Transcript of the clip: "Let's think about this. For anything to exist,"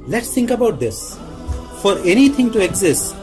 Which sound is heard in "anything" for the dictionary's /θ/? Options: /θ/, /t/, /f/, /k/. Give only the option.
/t/